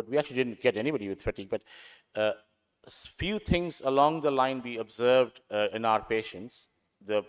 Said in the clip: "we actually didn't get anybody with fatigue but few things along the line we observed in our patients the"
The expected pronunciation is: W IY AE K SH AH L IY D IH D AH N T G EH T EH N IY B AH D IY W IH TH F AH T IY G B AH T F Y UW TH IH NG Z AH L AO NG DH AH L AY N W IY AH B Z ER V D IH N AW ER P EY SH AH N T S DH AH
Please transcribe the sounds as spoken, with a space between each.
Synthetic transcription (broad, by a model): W IY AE K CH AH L IY D IH D AH N T G EH T EH N IY B AH D IY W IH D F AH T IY B AH T F Y UW T IH NG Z AH L AO NG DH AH L AY N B IY AH B Z ER V D IH N AW ER P EY SH AH N T S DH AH